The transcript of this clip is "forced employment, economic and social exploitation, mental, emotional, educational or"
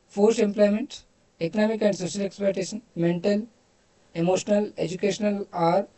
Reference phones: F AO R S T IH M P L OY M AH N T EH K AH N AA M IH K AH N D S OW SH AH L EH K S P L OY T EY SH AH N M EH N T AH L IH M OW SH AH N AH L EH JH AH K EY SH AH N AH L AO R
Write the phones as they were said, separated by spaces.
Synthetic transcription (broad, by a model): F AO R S T IH M P L OY M AH N T EH K AH N AA M IH K AH N D S OW SH AH L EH K S P OY T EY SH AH N M EH N T AH L IH M OW SH AH N AH L EH JH AH K EY SH AH N AH L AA R